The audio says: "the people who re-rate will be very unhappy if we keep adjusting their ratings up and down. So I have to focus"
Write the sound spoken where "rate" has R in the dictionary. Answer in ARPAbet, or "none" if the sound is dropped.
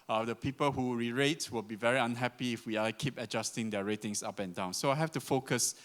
R